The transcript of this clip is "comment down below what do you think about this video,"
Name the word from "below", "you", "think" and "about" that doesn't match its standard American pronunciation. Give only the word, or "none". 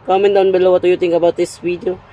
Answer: think